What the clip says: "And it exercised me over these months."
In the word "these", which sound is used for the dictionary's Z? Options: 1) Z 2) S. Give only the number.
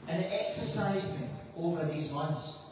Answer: 1